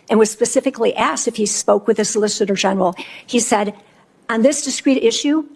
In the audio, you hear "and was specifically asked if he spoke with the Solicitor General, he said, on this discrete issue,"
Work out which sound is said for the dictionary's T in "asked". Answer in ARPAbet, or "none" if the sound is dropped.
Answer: T